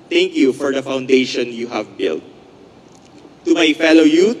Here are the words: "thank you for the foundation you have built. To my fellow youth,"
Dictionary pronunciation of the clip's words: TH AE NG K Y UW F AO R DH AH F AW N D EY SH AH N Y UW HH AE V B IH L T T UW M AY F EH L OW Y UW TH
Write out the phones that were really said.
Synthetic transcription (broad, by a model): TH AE NG K Y UW F AO R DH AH F AW N D EY SH AH N Y UW HH AE V B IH L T T UW M AY F EH L OW Y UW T